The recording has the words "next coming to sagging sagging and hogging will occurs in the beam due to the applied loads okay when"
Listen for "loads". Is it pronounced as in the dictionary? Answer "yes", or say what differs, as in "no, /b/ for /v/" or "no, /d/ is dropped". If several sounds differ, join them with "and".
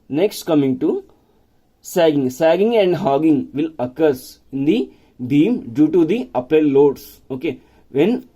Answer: no, /s/ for /z/